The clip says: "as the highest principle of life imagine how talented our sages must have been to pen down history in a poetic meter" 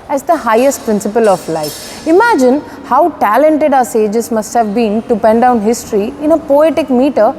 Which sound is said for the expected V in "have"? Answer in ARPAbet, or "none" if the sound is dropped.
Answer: V